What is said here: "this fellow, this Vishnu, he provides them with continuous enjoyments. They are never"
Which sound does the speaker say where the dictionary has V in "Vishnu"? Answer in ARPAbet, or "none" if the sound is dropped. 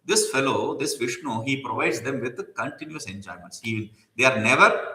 V